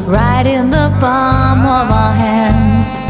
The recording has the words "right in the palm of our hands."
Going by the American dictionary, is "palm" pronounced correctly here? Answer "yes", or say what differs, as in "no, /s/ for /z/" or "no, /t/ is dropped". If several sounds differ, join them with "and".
no, /b/ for /p/